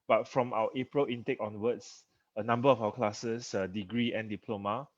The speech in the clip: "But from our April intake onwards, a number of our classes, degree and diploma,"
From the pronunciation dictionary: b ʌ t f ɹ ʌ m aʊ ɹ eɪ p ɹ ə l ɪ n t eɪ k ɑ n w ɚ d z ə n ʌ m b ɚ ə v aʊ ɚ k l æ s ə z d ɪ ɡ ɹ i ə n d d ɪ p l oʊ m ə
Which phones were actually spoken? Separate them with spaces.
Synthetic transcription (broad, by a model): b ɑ t f ɹ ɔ m aʊ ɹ eɪ p ɹ ə l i n t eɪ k ɑ n w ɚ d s ə n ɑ m b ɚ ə f aʊ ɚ k l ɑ s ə s d ɪ ɡ ɹ i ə n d d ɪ p l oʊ m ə